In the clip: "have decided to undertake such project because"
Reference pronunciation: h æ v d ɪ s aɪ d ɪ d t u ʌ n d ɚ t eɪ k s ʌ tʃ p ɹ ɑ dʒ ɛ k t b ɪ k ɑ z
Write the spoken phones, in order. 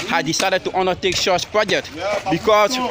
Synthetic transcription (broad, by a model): h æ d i s aɪ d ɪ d t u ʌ n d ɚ t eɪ k ʃ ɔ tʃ p ɹ ɑ dʒ ɛ k t b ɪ k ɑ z